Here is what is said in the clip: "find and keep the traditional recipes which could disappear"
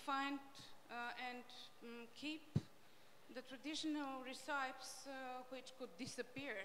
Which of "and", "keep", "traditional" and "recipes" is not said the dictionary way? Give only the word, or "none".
recipes